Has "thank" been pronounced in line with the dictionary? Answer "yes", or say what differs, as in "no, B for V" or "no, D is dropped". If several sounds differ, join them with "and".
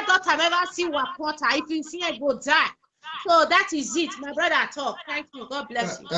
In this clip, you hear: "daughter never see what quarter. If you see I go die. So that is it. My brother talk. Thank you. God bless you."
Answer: no, NG is dropped